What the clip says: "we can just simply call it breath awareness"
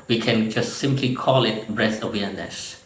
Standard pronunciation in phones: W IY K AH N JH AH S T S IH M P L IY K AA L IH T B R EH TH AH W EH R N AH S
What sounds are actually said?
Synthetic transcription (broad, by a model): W IY K AH N JH AH S T S IH M P L IY K AA L IH T B R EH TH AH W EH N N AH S